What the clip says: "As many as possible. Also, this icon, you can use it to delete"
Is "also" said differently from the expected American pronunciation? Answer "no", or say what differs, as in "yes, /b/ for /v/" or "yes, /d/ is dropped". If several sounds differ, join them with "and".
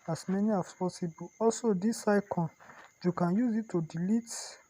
no